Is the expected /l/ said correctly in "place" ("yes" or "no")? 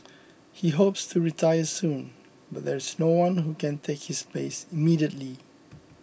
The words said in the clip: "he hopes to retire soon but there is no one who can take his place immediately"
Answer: no